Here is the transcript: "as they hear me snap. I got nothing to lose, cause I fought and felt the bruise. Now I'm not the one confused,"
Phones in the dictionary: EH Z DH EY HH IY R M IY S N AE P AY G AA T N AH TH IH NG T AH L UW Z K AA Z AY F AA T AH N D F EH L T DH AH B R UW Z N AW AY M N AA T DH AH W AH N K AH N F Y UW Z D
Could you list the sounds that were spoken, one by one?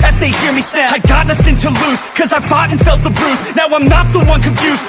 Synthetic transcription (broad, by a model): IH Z DH EY HH IY R M IY S AE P AY G AA T N AH TH IH NG T AH L UW Z K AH Z AY F AA T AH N F EH L T DH AH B R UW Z N AW AY M N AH T DH AH W AH N K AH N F Y UW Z